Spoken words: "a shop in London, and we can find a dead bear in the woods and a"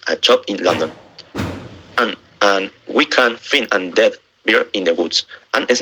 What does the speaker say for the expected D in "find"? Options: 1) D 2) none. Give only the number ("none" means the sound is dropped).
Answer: 2